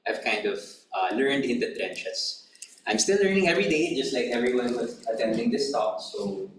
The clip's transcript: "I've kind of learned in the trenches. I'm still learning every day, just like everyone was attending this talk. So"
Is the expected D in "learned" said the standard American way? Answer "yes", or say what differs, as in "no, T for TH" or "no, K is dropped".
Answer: yes